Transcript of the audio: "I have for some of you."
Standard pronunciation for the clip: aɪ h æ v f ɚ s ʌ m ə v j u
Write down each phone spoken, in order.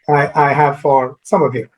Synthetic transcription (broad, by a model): aɪ h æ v f ɚ s ʌ m ə v j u